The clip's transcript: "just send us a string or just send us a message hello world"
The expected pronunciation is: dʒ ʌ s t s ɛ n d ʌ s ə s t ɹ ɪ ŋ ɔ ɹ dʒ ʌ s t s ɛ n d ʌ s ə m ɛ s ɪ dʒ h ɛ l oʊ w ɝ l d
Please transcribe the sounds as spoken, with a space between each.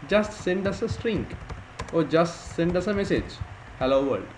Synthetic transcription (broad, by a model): dʒ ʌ s t s ɛ n d ʌ s ə s t ɹ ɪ ŋ ɔ ɹ dʒ ʌ s t s ɛ n d ʌ s ə m ɛ s ɪ dʒ h ɛ l oʊ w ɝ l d